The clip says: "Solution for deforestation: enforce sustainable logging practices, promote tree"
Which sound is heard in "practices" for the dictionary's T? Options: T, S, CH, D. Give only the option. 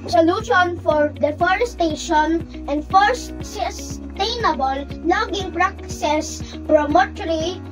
S